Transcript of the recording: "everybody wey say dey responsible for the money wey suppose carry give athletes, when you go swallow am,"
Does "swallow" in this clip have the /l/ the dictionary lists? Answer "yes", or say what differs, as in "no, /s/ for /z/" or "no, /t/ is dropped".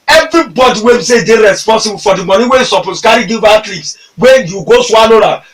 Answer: no, /n/ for /l/